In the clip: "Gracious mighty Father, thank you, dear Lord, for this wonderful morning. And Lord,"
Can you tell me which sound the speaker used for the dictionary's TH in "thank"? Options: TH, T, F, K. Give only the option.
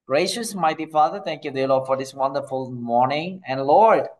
T